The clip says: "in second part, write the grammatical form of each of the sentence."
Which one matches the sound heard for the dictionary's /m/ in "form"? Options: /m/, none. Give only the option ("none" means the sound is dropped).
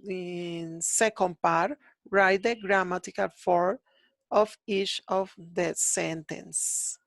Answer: none